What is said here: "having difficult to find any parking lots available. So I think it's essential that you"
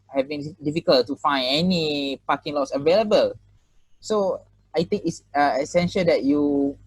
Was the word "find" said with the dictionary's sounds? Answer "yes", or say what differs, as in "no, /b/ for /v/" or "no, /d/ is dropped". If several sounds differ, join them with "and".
no, /d/ is dropped